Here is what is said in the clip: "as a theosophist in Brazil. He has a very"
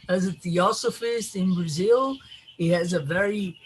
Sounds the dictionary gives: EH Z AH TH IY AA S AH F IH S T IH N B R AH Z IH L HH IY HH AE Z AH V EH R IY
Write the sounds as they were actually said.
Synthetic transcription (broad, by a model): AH Z AH TH IY AA S AH F IH S T IH N B R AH Z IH L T HH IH Z AH V EH R IY